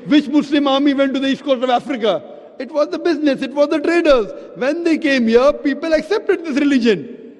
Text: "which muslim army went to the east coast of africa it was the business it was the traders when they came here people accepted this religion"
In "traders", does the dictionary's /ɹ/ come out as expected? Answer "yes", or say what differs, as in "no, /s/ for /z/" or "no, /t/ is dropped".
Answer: yes